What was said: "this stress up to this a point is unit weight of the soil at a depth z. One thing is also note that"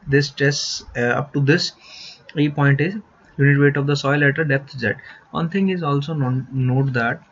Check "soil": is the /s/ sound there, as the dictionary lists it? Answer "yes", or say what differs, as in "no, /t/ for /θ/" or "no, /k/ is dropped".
yes